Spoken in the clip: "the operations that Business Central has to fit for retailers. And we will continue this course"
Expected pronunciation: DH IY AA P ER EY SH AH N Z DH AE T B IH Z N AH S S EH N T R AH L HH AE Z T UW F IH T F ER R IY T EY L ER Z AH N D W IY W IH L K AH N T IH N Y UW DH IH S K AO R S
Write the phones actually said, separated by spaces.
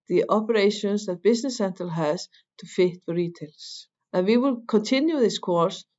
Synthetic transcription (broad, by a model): DH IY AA P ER EY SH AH N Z DH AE T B IH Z N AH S S EH N T AH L HH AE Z T UW F IH T F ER R IY T EY L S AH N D W IY W IH L K AH N T IH N Y UW DH IH S K AO R S